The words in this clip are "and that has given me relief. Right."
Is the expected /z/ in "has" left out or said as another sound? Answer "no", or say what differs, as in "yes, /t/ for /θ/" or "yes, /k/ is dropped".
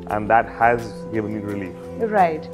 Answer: no